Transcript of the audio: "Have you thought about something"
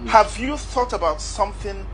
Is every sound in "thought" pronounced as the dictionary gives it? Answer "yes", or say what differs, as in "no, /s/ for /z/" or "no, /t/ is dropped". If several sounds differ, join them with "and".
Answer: yes